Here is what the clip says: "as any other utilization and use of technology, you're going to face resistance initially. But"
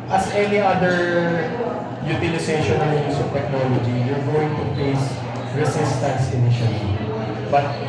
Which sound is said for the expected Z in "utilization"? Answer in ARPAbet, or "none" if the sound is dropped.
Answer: S